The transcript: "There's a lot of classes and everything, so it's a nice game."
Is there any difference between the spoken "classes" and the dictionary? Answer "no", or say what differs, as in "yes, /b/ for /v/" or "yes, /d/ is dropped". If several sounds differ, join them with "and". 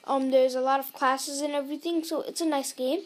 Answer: no